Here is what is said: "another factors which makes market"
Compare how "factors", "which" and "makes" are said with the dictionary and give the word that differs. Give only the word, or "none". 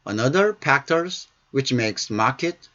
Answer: factors